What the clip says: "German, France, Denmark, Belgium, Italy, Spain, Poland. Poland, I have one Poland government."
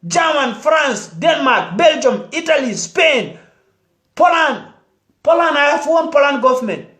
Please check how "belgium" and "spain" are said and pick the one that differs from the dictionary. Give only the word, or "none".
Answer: none